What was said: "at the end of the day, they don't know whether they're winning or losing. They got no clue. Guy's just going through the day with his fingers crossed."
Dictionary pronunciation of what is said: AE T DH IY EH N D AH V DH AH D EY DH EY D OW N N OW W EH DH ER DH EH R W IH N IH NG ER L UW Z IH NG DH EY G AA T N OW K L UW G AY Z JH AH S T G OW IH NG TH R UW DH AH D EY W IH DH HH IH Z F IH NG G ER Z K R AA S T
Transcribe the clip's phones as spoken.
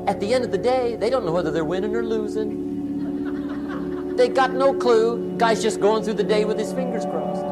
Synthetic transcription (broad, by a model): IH T DH IY EH N D AH V DH AH D EY DH EY D OW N N OW W EH DH ER DH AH R W IH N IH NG ER L UW Z IH NG DH EY G AA T N OW K L UW G AY Z JH AH S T G OW IH NG TH R UW DH AH D EY W IH DH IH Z F IH NG G ER Z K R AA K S